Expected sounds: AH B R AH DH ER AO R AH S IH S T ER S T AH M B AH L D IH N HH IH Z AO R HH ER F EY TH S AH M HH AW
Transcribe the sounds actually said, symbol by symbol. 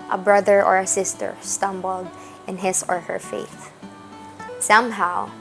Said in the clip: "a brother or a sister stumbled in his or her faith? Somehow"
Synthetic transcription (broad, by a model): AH B R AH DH ER AO R AH S IH S T ER S T AH M B AH L D IH N HH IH S AO R HH ER F EY TH S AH M HH AW